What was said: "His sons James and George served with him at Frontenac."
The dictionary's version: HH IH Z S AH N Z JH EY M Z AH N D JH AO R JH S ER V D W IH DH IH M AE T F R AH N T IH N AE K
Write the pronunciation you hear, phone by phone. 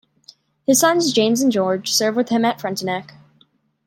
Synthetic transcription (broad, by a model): HH IH Z S AH N Z JH EY M Z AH N JH AO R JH S ER V W IH DH IH M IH T F R AH N T IH N AE K